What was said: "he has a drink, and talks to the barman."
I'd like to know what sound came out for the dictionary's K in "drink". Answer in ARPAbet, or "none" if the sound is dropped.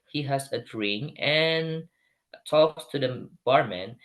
none